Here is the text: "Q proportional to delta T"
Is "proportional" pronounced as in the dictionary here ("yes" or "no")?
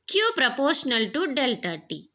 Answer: yes